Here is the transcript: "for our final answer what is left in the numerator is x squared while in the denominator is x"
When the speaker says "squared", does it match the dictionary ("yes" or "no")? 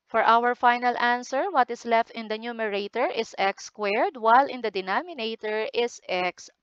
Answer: yes